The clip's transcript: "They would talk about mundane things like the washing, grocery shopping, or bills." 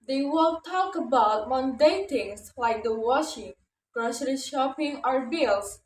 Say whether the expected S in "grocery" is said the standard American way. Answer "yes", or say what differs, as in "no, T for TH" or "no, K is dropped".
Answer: no, SH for S